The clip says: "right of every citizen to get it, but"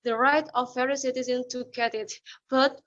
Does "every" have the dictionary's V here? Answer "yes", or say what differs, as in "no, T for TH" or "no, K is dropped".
no, V is dropped